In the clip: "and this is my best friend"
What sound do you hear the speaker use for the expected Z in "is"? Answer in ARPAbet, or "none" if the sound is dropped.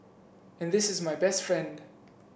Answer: Z